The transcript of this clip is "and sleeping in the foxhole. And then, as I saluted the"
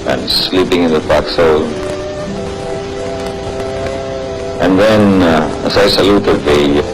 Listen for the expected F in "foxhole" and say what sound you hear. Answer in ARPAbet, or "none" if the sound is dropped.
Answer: P